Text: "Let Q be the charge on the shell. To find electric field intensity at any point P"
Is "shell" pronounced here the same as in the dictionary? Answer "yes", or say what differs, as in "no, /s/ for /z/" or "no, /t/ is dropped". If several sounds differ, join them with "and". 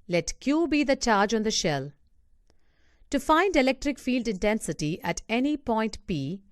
yes